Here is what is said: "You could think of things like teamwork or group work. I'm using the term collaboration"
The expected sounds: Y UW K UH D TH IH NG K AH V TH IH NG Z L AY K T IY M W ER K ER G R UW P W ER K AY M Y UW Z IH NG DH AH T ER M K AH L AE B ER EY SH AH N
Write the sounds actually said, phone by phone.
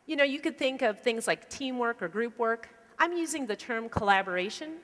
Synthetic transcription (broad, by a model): Y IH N UH D TH IH NG K AH V TH IH NG Z L AY K T IY M W ER K ER G R UW P W ER K AY M Y UW Z IH NG DH AH T ER M K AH L AE B ER EY SH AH N